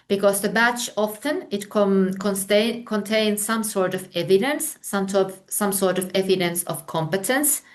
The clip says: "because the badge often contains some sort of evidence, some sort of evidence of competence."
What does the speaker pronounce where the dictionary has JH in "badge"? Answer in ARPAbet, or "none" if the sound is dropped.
CH